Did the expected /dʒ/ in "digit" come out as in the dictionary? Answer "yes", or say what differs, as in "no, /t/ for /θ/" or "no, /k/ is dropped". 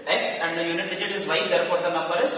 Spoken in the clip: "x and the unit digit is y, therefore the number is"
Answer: yes